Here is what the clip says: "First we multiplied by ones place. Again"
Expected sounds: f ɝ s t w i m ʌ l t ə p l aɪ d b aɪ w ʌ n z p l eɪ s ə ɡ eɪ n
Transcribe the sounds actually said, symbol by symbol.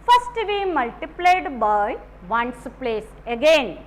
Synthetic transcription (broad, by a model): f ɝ s t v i m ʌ l t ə p l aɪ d b aɪ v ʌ n s p l eɪ s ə ɡ eɪ n